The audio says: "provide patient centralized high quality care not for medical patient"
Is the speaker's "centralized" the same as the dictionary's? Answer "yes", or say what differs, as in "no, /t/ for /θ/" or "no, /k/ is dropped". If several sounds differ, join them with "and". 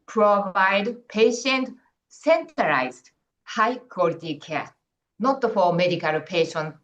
no, /ɹ/ is dropped